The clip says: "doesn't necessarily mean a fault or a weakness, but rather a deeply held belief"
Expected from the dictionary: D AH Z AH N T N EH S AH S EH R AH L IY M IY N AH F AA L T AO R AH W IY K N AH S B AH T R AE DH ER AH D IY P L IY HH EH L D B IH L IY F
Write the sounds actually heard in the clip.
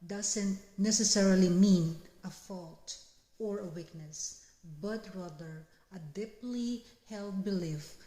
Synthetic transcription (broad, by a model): D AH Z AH N T N EH S AH S EH R AH L IY M IY N AH F AA L T AO R AH W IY K N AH S B AH T R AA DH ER AH D IY P L IY HH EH L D B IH L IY F